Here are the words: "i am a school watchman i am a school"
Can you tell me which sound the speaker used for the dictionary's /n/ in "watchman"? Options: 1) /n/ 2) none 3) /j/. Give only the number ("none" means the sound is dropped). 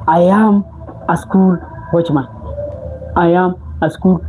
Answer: 2